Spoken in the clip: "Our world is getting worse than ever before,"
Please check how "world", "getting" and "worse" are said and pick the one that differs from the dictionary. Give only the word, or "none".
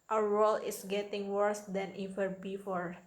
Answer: world